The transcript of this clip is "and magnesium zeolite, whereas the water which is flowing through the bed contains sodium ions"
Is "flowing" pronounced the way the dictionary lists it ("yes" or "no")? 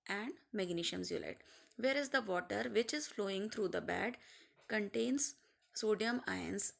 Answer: yes